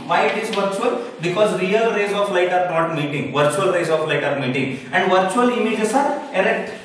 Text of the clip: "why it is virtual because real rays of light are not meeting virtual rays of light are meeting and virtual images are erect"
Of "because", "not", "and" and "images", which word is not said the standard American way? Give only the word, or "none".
images